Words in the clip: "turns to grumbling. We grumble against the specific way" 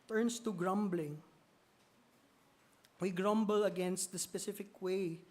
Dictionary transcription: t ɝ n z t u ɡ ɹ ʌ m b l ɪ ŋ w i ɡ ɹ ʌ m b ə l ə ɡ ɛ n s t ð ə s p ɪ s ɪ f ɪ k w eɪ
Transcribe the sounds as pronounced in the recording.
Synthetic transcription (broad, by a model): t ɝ n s t u ɡ ɹ ʌ m b l ɪ ŋ w i ɡ ɹ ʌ m b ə l ə ɡ ɛ n s t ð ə s p ɪ s ɪ f ɪ k w eɪ